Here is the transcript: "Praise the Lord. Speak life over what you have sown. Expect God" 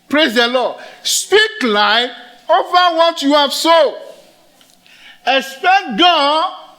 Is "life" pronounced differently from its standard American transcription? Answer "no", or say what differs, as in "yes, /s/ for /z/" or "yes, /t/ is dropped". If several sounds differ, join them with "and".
yes, /f/ is dropped